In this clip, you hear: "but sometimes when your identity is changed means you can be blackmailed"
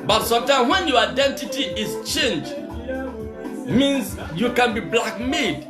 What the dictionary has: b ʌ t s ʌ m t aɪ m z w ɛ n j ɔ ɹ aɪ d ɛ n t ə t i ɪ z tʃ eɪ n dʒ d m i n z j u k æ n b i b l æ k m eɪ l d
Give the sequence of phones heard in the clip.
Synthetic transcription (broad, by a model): b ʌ t s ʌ m t aɪ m w ɛ n j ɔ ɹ aɪ d ɛ n t ə t i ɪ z tʃ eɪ n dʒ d m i n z j u k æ n b i b l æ k m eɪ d